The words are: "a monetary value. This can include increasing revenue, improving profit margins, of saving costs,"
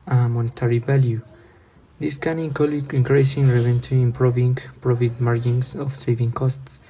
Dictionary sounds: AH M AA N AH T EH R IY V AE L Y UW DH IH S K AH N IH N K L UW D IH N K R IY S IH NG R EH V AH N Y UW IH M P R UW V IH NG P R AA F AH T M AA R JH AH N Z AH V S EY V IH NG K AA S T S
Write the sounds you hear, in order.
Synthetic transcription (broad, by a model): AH M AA N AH T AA R IY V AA L Y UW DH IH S K AH N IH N K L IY IH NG K R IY S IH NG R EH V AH N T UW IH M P R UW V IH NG P R AA F AH T M AA R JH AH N S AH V S EY V IH NG K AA S T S